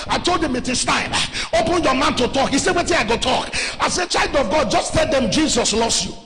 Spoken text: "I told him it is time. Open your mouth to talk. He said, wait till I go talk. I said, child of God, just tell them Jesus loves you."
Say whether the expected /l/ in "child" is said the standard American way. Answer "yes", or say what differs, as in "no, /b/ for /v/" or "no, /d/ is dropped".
yes